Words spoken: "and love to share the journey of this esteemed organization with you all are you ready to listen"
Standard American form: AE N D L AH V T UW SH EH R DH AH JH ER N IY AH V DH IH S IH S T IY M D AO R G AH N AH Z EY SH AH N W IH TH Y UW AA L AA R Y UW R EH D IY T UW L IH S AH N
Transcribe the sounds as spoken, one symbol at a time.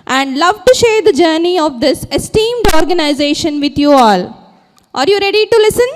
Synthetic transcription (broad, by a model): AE N D L AH V T UW SH EH R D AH JH ER N IY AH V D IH S IH S T IY M D AO R G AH N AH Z EY SH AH N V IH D Y UW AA L AA R Y UW R EH D IY T UW L IH S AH N